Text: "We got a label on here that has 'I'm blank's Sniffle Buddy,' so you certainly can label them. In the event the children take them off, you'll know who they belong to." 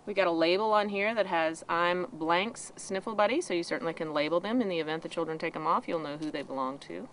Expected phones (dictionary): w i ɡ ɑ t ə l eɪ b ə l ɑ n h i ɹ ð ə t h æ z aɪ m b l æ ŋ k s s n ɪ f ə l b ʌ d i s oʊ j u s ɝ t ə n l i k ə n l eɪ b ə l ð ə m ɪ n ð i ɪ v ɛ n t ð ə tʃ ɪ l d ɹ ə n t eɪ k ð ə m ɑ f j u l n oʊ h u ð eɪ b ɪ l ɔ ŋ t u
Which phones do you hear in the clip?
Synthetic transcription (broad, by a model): w i ɡ ɑ t ə l eɪ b l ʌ n h i ɹ ð ə t h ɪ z aɪ m b l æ ŋ k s s n ɪ f l b ʌ d i s oʊ j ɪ s ɝ t n l i k ə n l eɪ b l ð ə m ɪ n ð i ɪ v ɛ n ð ə tʃ ɪ l d ɹ ə n t eɪ k ð ə m ɑ f j u l n oʊ h u ð eɪ b ɪ l ɔ ŋ t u